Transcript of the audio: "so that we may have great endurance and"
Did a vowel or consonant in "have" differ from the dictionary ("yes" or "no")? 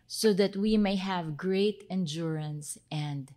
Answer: no